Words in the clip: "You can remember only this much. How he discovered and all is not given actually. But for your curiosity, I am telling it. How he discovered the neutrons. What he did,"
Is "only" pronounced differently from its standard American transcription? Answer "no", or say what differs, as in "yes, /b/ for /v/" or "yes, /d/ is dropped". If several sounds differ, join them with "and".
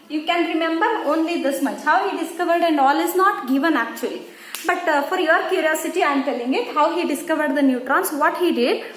no